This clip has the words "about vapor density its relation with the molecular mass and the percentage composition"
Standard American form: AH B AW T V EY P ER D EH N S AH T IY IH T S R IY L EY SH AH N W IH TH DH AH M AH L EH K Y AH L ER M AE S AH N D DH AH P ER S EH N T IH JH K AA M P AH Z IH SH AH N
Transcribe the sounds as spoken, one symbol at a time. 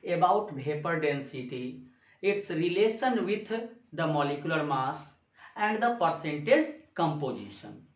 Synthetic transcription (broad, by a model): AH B AW T B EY P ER D EH N S AH T IY IH T S R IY L EY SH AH N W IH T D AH M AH L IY K Y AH L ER M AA S AH N D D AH P ER S EH N T IH JH K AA M P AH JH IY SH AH N